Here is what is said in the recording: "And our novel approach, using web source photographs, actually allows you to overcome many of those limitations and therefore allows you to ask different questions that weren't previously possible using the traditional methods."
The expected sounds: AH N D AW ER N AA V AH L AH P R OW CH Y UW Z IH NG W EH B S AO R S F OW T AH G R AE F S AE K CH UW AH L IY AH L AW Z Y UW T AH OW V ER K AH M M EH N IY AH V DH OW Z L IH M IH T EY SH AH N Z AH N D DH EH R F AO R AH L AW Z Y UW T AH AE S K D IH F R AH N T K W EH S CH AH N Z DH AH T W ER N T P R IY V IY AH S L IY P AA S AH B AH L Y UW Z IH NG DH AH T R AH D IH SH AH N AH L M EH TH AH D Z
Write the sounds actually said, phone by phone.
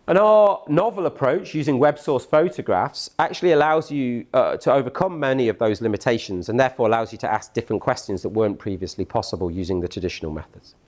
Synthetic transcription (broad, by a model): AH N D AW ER N AA V AH L AH P R OW CH Y UW Z IH NG W EH B S AO S F OW T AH G R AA F S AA K CH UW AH L IY AH L AW Z Y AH T AH OW V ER K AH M M EH N IY AH V DH OW Z L IH M IH T EY SH AH N Z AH N DH EH F AO R AH L AW Z Y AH T AH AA S K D IH F R AH N K W EH S CH AH N Z DH AH T W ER N P R IY V IY AH S L IY P AA S AH B AH L Y UW Z IH NG DH AH T R AH D IH SH AH N AH L M EH TH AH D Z